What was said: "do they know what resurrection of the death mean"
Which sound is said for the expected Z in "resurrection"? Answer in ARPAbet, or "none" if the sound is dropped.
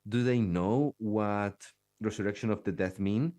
S